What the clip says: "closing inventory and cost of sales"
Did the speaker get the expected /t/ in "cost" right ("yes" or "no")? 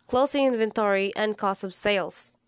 no